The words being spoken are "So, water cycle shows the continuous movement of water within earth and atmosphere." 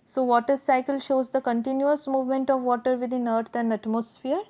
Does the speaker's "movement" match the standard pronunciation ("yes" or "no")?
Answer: yes